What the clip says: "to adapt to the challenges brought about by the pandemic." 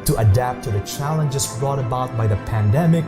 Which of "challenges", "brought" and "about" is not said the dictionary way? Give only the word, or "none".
challenges